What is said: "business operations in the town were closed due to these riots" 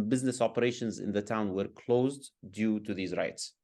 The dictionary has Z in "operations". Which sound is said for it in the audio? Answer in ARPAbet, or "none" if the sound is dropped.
Z